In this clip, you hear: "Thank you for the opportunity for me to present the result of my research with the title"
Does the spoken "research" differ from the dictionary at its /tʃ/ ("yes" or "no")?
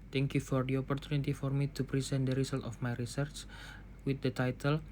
no